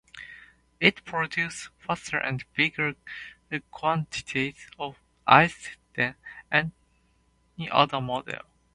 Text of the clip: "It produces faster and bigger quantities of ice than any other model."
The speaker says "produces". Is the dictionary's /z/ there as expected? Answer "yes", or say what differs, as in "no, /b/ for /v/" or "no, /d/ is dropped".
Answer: no, /s/ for /z/